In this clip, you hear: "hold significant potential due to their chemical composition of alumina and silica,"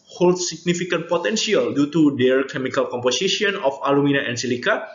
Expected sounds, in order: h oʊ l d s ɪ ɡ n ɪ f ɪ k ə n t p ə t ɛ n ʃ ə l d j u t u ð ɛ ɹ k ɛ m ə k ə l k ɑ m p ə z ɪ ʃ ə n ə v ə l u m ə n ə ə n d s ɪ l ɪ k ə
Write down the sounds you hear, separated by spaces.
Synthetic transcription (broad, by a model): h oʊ l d s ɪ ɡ n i f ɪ k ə n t p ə t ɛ n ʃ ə l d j u t u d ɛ ɹ k ɛ m ə k ə l k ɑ m p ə s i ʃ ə n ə f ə l u m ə n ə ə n s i l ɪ k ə